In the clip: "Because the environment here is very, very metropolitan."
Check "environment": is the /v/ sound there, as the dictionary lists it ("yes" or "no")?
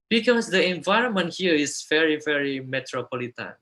yes